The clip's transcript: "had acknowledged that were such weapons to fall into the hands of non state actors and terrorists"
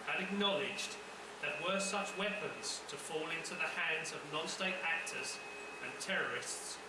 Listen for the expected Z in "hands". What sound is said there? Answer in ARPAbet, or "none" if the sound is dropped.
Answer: Z